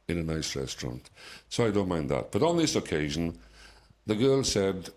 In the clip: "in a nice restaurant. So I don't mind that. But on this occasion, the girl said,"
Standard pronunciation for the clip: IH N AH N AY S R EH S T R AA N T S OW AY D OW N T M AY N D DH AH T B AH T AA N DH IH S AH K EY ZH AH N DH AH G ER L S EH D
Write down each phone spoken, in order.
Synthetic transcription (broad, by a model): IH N AH N AY S R EH S T R AA N T S OW AY D OW N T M AY N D DH AH T B AH T N DH IH S AH K EY ZH AH N DH AH G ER L S EH D